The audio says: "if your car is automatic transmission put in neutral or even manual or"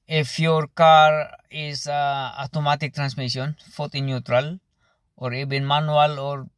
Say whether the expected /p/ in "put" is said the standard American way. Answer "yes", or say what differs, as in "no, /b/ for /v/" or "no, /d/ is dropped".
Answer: no, /f/ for /p/